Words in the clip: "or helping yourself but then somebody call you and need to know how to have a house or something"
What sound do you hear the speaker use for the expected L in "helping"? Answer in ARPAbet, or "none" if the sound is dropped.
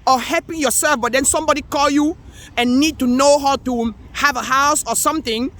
none